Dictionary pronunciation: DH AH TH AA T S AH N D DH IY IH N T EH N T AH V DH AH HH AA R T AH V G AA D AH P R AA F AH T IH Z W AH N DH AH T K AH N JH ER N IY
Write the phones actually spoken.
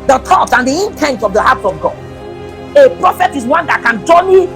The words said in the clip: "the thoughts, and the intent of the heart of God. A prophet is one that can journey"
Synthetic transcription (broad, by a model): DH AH T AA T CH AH N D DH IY IH N T EH N T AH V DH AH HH AA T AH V G AA D AH P R AA F AH T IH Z W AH N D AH T K AH N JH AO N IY